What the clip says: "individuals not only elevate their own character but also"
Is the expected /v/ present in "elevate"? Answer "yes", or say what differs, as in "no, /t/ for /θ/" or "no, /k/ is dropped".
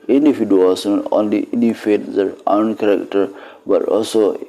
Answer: no, /f/ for /v/